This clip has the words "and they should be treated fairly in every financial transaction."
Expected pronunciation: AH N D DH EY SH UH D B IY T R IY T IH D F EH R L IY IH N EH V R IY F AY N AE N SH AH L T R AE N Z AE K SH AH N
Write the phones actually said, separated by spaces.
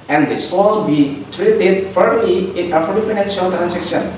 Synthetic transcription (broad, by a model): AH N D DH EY S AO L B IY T R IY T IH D F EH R L IY IH N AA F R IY F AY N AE N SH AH L T R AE N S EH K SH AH N